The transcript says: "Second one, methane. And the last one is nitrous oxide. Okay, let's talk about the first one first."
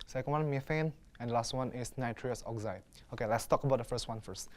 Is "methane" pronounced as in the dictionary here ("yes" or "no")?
no